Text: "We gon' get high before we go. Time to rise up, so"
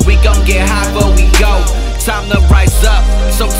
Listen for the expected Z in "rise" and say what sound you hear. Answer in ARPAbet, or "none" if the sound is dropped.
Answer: S